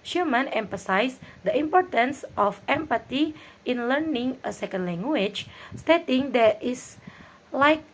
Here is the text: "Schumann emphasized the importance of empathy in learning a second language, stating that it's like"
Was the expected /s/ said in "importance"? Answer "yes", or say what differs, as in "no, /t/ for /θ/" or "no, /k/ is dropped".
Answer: yes